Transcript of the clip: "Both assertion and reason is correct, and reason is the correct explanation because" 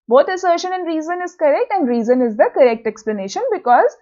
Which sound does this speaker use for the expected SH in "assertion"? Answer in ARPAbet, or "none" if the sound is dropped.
SH